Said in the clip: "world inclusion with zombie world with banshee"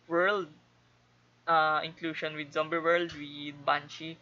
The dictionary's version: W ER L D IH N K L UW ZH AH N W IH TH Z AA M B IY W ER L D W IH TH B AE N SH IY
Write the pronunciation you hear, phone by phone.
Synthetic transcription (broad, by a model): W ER L D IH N K L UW SH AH N W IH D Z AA M B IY W ER L D W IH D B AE N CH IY